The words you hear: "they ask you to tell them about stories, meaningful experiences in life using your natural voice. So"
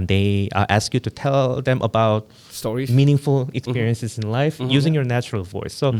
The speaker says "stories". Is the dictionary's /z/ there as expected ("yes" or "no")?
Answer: no